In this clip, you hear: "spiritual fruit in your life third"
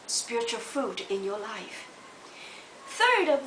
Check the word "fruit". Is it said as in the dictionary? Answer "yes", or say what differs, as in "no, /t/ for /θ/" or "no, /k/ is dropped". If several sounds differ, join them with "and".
no, /ɹ/ is dropped